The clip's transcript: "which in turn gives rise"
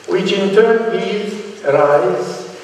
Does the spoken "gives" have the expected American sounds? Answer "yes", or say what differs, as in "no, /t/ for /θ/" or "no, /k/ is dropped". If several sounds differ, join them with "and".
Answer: no, /v/ is dropped